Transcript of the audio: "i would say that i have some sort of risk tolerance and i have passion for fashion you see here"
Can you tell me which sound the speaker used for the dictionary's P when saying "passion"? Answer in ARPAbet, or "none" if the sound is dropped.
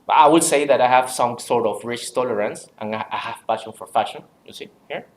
F